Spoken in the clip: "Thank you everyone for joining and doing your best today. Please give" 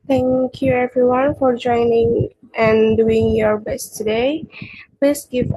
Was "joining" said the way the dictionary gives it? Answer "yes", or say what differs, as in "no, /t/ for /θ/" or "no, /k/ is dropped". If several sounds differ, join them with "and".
yes